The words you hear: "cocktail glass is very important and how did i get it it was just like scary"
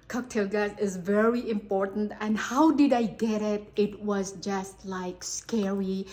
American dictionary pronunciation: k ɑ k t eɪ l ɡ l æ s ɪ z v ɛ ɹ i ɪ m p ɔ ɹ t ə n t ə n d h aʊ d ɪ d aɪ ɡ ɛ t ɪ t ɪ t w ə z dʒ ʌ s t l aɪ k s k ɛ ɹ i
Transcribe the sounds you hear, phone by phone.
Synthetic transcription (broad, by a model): k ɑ k t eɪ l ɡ æ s ɪ z v ɛ ɹ i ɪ m p ɔ ɹ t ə n t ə n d h aʊ d ɪ d aɪ ɡ ɛ t ɪ t ɪ t w ə z dʒ ʌ s t l aɪ k s k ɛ ɹ i